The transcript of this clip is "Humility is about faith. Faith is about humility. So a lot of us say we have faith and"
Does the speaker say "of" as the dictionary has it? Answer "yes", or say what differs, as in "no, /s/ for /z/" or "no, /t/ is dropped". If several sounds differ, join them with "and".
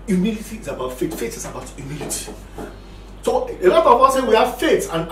no, /w/ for /v/